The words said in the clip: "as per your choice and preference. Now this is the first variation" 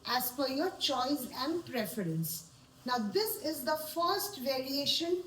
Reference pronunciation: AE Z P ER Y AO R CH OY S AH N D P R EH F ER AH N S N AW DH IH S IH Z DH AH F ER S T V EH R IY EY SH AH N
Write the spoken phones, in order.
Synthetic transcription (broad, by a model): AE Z F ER Y AO R CH OY S AH N D P R EH F ER AH N S N AW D IH S IH Z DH AH F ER S T V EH R IY EY SH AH N